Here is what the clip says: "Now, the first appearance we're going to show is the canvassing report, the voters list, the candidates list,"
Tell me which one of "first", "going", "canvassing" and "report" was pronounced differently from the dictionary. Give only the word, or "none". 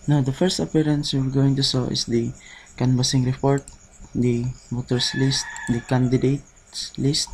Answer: canvassing